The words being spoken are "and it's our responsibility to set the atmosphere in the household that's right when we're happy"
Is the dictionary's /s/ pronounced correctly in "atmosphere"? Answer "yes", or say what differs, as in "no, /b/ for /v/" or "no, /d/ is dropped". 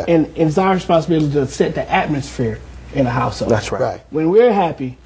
yes